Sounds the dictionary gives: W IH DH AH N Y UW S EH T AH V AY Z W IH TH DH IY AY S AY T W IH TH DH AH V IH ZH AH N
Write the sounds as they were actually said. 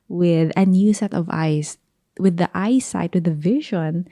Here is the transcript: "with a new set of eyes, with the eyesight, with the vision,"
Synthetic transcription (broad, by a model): W IH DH AH N Y UW S EH T AH V AY S W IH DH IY AY S AY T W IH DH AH V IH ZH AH N